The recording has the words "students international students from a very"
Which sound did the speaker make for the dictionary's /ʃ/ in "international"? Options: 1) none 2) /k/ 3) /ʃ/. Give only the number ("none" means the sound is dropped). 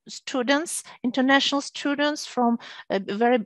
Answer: 3